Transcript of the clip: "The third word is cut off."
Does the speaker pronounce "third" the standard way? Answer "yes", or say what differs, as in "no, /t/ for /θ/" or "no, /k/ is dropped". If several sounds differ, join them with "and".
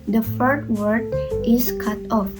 no, /f/ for /θ/